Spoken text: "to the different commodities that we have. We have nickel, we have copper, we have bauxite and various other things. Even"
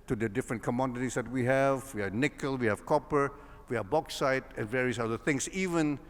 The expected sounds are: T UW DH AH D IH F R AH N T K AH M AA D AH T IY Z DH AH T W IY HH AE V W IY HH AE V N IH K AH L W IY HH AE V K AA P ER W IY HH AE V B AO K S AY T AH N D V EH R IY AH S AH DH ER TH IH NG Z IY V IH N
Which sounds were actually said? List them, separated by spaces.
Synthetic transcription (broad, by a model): T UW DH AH D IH F R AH N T K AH M AA D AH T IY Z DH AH T W IY HH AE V W IY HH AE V N IH K AH L W IY HH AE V K AA P ER W IY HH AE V B AO K S AY T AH N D V EH R IY AH S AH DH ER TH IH NG S IY V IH N